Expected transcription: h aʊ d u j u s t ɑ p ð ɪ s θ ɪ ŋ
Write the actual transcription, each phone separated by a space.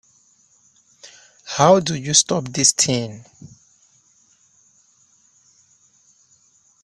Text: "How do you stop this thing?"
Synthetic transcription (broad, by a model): h aʊ d u j u s t ɑ p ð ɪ s t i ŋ